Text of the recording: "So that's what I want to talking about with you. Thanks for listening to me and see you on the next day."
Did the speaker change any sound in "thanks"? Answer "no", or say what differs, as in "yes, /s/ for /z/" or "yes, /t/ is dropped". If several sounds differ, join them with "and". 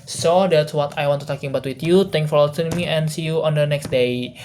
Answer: yes, /t/ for /θ/ and /s/ is dropped